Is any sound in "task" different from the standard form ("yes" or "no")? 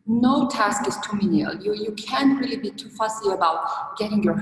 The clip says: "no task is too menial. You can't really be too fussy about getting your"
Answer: no